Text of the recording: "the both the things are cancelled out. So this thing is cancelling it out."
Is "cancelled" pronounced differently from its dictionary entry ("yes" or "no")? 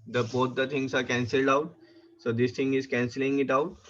no